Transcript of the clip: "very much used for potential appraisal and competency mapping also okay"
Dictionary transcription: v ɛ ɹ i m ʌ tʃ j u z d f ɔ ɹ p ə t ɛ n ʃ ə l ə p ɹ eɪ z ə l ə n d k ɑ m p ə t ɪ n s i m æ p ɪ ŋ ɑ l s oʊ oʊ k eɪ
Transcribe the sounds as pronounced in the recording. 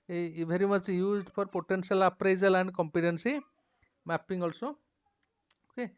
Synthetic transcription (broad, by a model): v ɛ ɹ i m ʌ tʃ j u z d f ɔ ɹ p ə t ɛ n s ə l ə p ɹ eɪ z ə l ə n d k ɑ m p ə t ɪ n s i m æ p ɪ ŋ ɑ l s oʊ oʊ k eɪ